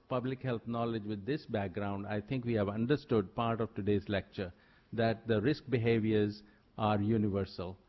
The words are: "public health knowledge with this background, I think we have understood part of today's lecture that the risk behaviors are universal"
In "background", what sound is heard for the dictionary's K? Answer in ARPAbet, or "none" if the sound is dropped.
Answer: K